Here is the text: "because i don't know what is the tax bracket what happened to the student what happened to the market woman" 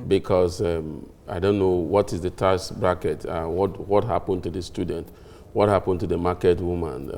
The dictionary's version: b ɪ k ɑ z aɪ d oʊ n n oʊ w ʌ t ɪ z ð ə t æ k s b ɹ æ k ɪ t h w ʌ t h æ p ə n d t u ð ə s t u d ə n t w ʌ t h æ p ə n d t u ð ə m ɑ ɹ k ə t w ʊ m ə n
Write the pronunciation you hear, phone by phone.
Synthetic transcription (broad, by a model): b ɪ k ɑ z aɪ d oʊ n n oʊ w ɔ t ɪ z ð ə t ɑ s b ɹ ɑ k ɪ t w w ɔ t h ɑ p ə n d t u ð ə s t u d n t w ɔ t h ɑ p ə n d t u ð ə m ɑ k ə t w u m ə n